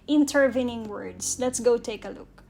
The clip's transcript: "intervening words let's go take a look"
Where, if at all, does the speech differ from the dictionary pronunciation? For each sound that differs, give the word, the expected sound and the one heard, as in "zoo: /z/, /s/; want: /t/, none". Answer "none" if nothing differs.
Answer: words: /z/, /s/